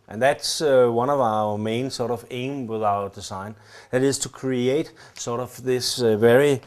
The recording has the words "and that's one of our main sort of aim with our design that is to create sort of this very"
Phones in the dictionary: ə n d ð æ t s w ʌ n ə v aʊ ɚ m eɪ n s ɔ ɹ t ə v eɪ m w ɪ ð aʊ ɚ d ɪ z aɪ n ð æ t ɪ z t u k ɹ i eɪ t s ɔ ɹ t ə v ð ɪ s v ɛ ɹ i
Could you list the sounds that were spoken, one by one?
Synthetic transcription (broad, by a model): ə n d ð æ t s w ʌ n ə v aʊ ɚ m eɪ n s ɔ ɹ t ə v eɪ m w ɪ ð aʊ ɚ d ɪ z aɪ n ð æ t ɪ z t u k ɹ i eɪ t s ɔ ɹ t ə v ð ɪ s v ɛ ɹ i